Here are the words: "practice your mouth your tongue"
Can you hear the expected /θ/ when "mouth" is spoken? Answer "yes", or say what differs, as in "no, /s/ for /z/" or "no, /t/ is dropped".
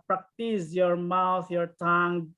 no, /t/ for /θ/